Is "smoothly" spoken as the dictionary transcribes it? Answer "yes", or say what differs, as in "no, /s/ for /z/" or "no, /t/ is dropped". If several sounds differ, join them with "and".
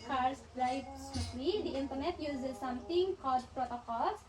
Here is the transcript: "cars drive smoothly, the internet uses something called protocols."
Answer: no, /m/ is dropped